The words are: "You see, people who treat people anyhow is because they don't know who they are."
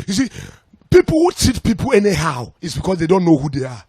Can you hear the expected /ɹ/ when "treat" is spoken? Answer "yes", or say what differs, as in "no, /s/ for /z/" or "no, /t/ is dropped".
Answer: no, /ɹ/ is dropped